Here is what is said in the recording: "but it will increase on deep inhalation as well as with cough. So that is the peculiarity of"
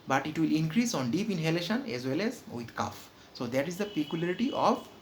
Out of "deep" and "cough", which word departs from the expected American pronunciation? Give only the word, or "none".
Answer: none